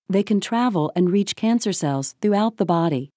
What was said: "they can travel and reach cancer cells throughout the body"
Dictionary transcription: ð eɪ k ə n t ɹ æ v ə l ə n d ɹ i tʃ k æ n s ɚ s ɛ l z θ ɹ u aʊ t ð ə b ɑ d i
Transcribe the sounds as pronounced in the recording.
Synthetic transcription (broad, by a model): ð eɪ k ə n t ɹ æ v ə l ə n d ɹ i tʃ k æ n s ɚ s ɛ l z θ ɹ u aʊ t ð ə b ɑ d i